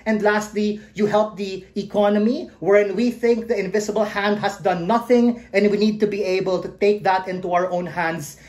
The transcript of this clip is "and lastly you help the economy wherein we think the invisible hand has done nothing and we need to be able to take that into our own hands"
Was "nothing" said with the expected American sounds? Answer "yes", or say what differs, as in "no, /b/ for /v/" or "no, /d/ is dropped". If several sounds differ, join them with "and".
yes